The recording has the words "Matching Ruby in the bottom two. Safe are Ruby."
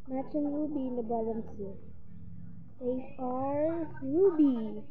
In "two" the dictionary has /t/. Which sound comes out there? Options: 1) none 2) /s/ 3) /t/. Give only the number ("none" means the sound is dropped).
2